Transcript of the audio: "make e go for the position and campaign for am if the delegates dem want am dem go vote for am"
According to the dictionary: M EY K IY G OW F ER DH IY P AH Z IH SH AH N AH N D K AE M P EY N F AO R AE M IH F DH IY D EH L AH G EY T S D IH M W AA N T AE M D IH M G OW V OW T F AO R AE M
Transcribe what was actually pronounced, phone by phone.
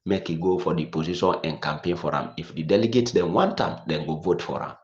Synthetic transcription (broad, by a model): M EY K IY G OW F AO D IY P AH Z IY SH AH N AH N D K AE M P EY N F AO R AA M IH F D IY D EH L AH G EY T D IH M W AA N T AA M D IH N G OW V OW T F AO R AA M